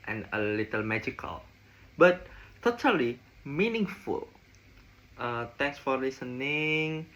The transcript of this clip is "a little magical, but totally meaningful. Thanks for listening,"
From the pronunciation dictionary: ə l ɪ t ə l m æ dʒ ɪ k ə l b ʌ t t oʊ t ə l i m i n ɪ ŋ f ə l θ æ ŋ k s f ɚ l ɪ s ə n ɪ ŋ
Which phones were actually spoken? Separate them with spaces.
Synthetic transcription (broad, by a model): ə l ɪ t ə l m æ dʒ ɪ k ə l b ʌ t t oʊ t ə l i m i n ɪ ŋ f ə l t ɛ k s f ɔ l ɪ s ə n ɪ ŋ